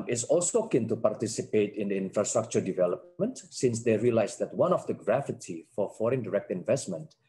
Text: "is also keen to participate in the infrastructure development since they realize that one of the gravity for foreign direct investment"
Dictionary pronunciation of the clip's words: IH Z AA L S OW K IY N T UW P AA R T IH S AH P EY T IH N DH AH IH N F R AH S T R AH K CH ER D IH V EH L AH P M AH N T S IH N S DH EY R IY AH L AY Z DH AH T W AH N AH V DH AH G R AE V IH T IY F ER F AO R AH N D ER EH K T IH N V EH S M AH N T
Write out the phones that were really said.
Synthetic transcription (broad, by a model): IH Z AA L S OW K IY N T UW P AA R T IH S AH P EY T IH N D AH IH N F R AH S T R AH K CH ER D IH V EH L AH P M AH N T S IH N S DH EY R IY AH L AY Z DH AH T W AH N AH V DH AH G R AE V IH T IY F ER F AO R AH N D ER EH K T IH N V EH S M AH N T